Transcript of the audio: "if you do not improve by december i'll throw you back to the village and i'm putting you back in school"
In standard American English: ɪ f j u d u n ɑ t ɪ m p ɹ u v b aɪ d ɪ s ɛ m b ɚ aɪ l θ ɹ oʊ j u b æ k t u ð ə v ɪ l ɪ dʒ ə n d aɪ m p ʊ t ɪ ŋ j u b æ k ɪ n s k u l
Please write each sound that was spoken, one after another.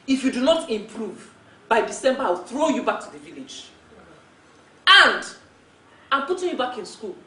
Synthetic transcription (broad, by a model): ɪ f j u d u n ɑ t ɪ m p ɹ u v b aɪ d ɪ s ɛ m b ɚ aɪ w θ ɹ oʊ j u b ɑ k t u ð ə v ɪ l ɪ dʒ ə n d aɪ m p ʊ t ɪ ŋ j u b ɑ k ɪ n s k u l